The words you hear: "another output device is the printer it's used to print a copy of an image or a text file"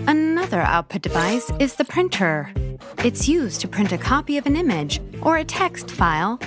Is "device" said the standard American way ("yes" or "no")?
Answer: yes